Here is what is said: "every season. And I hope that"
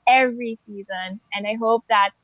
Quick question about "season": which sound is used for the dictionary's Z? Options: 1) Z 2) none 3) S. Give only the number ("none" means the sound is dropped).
1